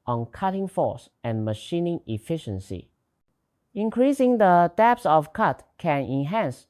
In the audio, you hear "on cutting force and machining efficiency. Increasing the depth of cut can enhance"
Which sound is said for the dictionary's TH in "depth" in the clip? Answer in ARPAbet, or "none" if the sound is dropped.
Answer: S